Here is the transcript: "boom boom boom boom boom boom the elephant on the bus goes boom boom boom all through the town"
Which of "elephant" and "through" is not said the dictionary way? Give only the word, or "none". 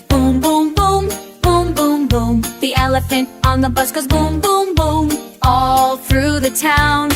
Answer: none